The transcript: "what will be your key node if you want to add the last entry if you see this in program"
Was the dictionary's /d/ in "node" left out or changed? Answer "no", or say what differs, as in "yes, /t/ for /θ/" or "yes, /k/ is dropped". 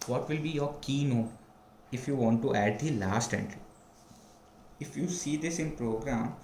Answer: yes, /d/ is dropped